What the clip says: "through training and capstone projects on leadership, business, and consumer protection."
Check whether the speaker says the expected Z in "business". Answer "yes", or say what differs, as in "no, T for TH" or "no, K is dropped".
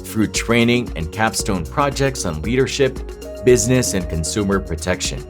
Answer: yes